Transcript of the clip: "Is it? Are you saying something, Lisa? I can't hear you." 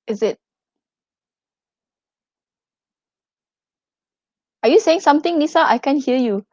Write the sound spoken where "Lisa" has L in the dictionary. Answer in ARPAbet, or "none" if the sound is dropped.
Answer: N